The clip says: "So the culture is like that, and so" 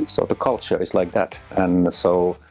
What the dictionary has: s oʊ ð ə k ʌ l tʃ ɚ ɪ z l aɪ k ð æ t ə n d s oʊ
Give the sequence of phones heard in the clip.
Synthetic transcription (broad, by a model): s oʊ ð ə k ʌ l tʃ ɚ ɪ z l aɪ k ð æ t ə n s oʊ